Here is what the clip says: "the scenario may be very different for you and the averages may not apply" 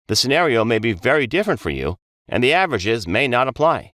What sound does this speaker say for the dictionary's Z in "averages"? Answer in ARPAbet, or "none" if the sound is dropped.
Z